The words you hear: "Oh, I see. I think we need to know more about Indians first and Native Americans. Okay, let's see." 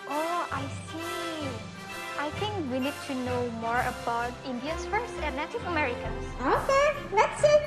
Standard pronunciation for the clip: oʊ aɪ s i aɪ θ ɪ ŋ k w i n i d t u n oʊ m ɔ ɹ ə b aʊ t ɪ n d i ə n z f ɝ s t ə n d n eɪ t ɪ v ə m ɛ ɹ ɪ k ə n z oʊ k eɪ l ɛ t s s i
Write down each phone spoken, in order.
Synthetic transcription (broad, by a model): oʊ aɪ s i aɪ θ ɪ ŋ k w i n i d t u n oʊ m ɔ ɹ ə b aʊ t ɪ n d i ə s f ɝ s t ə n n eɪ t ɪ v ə m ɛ ɹ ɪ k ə n s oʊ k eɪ n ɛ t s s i